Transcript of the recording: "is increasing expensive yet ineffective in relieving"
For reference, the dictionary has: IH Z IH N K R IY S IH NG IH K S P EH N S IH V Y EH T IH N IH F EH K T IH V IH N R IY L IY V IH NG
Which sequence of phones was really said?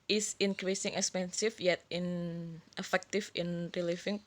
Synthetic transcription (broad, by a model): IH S IH N K R IY S IH NG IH K S P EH N S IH F Y EH T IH N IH F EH K T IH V IH N R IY L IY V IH NG